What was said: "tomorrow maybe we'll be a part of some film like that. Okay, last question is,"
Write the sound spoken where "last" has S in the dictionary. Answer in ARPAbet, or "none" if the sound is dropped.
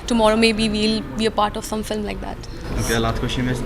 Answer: none